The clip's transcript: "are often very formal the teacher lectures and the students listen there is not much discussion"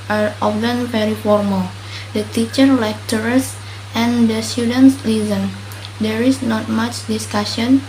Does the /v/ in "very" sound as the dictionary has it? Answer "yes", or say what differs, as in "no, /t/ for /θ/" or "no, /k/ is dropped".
no, /p/ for /v/